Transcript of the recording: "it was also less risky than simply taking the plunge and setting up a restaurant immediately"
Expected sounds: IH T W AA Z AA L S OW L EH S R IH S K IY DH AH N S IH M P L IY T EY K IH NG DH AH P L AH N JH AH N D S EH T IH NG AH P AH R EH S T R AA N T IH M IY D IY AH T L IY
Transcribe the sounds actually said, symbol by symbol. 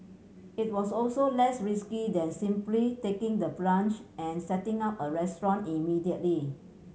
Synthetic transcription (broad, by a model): IH T W AA S AA L S OW L EH S R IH S K IY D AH N S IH M P L IY T EY K IH NG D AH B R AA N CH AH N S EH T IH NG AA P AH R EH S T R AA N IH M IY D IY AH T L IY